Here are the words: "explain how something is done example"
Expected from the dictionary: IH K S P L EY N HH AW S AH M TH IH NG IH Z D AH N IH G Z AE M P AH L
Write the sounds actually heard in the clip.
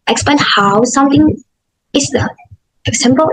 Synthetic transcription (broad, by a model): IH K S P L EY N HH AW S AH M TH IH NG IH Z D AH IH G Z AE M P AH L